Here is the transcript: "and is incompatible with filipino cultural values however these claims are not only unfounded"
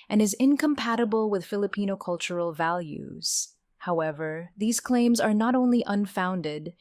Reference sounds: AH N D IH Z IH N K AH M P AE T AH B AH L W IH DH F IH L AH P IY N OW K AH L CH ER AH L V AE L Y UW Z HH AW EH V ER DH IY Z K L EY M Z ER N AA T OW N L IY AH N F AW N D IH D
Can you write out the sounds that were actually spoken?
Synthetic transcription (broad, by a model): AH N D IH Z IH N K AH M P AE T AH B AH L W IH DH F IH L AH P IY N OW K AH L CH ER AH L V AE L Y UW Z HH AW EH V ER DH IY Z K L EY M Z ER N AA T OW N L IY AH N F AW N D IH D